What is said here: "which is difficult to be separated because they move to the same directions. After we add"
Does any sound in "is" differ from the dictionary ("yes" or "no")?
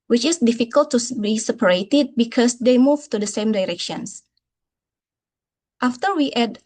yes